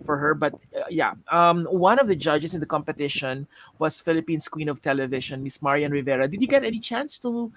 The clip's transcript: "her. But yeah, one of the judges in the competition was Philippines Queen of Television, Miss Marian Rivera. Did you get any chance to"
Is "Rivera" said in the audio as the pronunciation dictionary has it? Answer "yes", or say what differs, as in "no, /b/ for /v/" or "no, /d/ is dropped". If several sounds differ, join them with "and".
yes